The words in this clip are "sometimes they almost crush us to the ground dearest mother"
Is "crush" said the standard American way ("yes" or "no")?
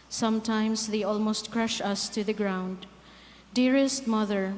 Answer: yes